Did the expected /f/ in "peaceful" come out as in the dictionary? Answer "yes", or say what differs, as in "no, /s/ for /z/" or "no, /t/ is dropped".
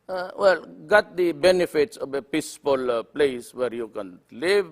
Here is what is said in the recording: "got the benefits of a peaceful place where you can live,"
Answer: no, /p/ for /f/